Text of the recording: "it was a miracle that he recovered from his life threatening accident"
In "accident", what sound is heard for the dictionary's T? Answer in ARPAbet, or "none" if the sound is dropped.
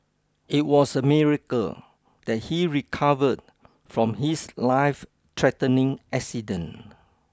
none